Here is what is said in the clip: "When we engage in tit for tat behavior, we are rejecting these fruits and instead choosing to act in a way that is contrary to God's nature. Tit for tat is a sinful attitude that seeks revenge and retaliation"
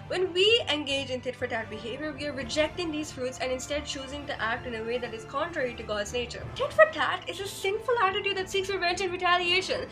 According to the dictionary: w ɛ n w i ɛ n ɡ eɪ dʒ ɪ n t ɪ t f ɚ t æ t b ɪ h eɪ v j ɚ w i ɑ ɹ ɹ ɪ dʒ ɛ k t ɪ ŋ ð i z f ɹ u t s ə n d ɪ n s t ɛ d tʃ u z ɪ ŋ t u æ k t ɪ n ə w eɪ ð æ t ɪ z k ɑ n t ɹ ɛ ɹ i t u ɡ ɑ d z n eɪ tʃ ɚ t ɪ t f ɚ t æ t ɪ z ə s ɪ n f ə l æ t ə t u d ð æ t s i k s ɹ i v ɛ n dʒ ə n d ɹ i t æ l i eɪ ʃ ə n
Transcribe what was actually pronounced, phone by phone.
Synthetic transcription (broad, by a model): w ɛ n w i ɛ n ɡ eɪ dʒ ɪ n t ɪ t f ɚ t æ t b ɪ h eɪ v j ɚ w i ɑ ɹ ɹ ɪ dʒ ɛ k t ɪ ŋ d i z f ɹ u t s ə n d ɪ n s t ɛ d tʃ u z ɪ ŋ t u æ k t ɪ n ə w eɪ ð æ t ɪ z k ɑ n t ɹ ɛ ɹ i t u ɡ ɑ d z n eɪ tʃ ɚ t ɪ t f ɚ t æ t ɪ z ə s ɪ n f ə l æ t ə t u d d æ t s i k s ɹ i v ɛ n tʃ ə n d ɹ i t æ l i eɪ ʃ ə n